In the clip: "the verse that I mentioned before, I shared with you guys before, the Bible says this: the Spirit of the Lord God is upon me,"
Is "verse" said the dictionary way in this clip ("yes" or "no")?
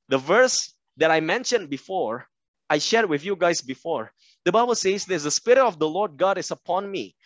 yes